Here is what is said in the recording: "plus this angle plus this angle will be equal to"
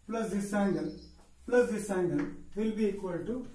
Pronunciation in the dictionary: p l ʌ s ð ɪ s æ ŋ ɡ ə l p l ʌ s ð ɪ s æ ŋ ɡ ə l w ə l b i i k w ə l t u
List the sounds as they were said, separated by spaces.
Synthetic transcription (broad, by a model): p l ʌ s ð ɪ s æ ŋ ɡ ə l p l ʌ s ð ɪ s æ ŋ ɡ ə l w ə l b i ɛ k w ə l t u